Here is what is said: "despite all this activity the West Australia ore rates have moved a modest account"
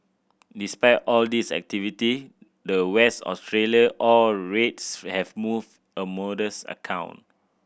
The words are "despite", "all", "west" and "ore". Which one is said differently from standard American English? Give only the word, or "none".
ore